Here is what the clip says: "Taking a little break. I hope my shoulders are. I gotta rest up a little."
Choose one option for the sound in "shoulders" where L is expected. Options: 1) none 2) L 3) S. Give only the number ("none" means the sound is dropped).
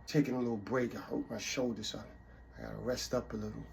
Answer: 1